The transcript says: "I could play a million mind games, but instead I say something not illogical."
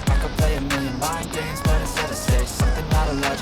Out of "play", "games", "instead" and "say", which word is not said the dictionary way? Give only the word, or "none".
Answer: instead